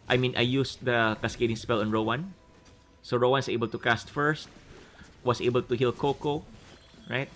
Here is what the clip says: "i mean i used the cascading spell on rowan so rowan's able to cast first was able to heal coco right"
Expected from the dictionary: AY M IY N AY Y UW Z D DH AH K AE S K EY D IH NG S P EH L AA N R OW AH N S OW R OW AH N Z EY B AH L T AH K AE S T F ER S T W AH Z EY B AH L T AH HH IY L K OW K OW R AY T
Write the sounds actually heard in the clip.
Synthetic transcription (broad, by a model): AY M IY N AY Y UW S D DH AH K AE S K EY D IH NG S P EH L AA N R OW AH N S OW R OW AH N S EY B AH L T AH K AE S T F ER S T W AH S EY B AH L T AH HH IY L K OW K OW R AY T